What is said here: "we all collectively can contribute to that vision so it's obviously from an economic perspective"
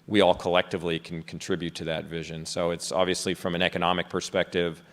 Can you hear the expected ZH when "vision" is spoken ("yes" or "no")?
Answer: yes